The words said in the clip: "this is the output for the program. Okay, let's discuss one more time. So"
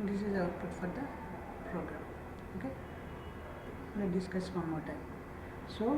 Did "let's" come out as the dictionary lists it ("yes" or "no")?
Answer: no